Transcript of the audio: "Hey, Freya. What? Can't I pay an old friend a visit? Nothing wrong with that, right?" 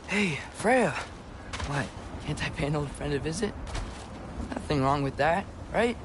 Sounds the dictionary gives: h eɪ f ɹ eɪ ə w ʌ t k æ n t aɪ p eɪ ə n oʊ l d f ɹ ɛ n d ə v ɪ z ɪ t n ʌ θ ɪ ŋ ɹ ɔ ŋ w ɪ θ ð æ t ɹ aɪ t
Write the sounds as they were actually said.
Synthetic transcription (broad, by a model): h eɪ f ɹ eɪ ə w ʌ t k æ n t aɪ p eɪ ə n oʊ l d f ɹ ɛ n d ə v ɪ z ɪ t n ʌ θ ɪ ŋ ɹ ɔ ŋ w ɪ ð æ t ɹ aɪ t